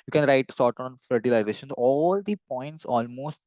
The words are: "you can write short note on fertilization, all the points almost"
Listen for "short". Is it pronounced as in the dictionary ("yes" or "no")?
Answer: no